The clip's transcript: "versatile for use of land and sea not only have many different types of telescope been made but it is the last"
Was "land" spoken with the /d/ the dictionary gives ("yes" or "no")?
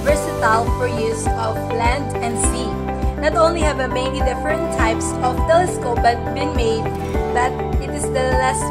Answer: yes